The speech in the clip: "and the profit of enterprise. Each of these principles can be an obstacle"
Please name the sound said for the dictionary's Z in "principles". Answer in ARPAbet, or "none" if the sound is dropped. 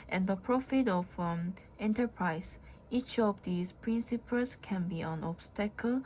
S